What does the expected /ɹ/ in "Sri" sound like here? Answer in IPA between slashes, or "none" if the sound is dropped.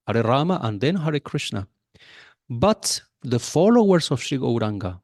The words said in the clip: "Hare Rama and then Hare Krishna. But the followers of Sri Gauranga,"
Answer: none